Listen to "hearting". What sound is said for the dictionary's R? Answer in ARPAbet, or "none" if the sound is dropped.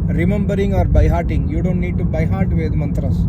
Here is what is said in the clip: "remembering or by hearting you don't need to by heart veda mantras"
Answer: R